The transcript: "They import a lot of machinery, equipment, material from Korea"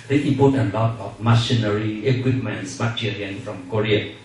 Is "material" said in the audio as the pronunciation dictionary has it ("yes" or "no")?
no